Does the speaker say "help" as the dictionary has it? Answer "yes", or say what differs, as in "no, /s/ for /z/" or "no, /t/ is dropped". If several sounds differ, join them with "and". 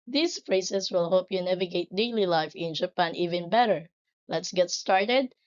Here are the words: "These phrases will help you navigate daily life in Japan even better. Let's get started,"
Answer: no, /l/ is dropped